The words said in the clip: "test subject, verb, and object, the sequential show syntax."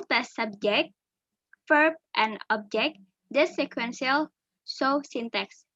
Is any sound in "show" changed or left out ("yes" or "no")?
yes